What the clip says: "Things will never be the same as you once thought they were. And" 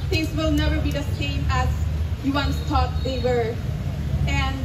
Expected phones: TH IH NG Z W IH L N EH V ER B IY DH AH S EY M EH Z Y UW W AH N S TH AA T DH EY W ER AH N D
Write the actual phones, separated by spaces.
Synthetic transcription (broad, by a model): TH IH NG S W IH L N EH V ER B IY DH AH S EY M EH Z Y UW W AH N S T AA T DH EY W ER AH N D